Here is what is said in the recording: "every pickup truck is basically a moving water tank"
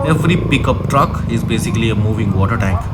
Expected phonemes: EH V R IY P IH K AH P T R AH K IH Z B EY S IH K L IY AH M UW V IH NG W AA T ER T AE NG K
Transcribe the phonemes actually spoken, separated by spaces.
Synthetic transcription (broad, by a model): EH V R IY P IH K AH P T R AH K IH Z B EY S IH K L IY AH M UW V IH NG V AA T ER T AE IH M